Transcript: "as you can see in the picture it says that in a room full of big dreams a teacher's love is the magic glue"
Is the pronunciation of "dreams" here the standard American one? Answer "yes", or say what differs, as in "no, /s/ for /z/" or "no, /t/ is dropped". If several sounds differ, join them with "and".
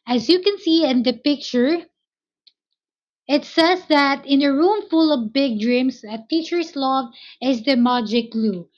no, /s/ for /z/